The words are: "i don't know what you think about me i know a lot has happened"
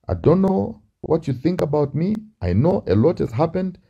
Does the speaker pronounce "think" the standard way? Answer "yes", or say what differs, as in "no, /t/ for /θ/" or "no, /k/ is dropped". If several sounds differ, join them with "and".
yes